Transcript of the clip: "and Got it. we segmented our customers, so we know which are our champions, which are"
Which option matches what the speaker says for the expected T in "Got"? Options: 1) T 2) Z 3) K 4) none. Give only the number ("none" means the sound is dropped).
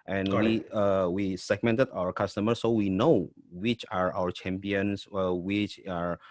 4